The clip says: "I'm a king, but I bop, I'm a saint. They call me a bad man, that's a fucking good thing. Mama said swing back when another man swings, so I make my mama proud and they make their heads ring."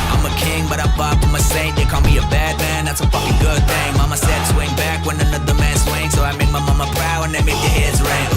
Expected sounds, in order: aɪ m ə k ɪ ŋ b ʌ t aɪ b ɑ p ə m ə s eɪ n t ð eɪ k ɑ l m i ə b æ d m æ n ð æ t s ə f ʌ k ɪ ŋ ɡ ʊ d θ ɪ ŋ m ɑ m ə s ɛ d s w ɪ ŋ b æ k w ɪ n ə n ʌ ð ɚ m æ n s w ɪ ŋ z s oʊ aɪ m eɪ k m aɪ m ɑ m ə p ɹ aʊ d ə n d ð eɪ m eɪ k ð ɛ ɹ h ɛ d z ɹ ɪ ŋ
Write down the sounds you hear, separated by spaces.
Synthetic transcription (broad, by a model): aɪ m ə k ɪ ŋ b ʌ t aɪ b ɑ f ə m ə s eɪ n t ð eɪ k ɑ l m i ə b æ d m æ n ð æ t s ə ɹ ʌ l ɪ ɡ ʊ d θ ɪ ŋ m ɑ m ə s ɛ d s w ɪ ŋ b æ k w ɪ n ə n ʌ ð ɚ m æ n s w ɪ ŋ s oʊ aɪ m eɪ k m aɪ m ɑ m ə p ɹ aʊ ə n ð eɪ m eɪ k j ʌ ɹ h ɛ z ɹ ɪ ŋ